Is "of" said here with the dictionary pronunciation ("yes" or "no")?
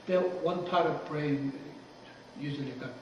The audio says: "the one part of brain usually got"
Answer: yes